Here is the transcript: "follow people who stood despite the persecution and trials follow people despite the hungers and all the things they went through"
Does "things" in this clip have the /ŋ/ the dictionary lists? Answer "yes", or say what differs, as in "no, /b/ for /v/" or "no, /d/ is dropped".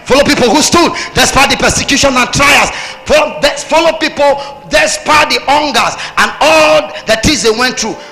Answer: no, /ŋ/ is dropped